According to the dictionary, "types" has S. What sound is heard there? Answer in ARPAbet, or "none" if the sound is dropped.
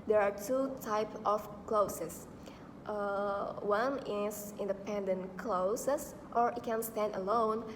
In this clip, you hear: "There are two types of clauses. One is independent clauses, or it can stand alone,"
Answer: none